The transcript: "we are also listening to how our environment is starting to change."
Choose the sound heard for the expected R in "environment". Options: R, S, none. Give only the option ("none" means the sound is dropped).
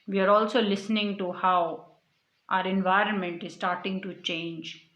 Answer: R